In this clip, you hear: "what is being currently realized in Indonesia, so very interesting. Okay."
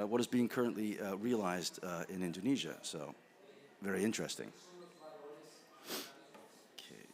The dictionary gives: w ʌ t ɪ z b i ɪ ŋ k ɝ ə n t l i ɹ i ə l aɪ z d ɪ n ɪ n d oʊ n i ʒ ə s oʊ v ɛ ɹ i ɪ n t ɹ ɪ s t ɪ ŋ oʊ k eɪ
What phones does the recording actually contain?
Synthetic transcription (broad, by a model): w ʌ t ɪ z b i ɪ ŋ k ɝ ə n t l i ɹ i ə l aɪ z d ɪ n ɪ n d oʊ n i ʒ ə s oʊ v ɛ ɹ i ɪ n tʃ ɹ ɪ s t ɪ ŋ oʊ k eɪ